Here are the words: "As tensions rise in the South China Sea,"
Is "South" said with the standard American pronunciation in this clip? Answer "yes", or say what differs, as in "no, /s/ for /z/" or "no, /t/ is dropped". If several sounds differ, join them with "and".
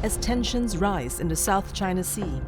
yes